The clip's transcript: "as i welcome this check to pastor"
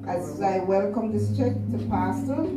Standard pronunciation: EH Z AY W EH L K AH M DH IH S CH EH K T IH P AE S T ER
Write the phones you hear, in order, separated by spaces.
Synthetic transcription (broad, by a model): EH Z AY W EH L K AH M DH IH S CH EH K T IH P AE S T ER